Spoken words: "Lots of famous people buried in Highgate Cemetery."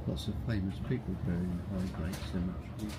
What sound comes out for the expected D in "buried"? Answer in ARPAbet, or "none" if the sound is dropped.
none